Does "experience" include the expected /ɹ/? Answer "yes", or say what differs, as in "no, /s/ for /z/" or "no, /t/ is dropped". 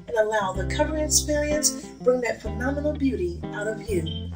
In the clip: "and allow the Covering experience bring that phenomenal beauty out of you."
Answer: no, /l/ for /ɹ/